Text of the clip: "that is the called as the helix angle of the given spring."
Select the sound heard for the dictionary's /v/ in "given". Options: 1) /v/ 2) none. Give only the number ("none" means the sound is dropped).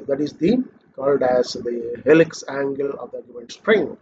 2